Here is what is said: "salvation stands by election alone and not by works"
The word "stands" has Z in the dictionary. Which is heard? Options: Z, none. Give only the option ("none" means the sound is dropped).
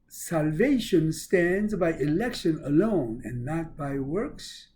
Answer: Z